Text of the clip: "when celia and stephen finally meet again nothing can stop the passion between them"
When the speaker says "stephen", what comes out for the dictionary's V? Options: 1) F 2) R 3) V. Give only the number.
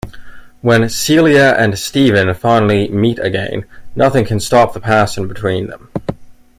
3